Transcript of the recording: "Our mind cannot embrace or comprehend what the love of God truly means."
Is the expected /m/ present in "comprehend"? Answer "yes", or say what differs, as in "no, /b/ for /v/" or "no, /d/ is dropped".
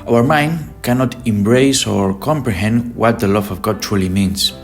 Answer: yes